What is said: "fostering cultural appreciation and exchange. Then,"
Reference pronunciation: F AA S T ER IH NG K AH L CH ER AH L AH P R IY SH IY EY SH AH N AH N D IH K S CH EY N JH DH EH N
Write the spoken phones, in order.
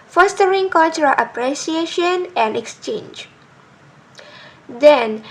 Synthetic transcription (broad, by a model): F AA S T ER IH NG K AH L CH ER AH L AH P R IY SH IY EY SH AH N AH N D IH K S CH EY N JH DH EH N